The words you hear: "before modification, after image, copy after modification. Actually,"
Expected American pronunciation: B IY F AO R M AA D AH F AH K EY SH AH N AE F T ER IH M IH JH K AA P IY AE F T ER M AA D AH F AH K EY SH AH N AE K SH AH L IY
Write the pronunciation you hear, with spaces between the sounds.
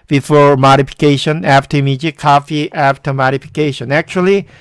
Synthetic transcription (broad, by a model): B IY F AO R M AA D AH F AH K EY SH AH N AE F T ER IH M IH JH K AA F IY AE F T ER M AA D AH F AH K EY SH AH N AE K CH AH L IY